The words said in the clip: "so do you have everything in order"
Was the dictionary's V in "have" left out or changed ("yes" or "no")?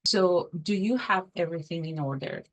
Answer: no